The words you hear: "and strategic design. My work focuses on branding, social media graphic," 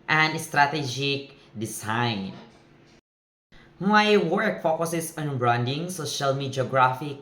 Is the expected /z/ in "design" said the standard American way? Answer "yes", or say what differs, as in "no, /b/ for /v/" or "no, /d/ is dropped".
no, /s/ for /z/